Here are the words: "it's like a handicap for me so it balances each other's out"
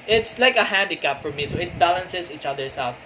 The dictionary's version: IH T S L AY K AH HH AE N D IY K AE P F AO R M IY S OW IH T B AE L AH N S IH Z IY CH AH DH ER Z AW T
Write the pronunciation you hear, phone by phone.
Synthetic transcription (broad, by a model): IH T S L AY K AH HH AE N D IY K AE P F AO R M IY S OW IH T B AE L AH N S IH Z IY CH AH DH ER S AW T